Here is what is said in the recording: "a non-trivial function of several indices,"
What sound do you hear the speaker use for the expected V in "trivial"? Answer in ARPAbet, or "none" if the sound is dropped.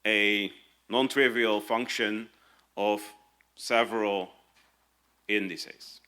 V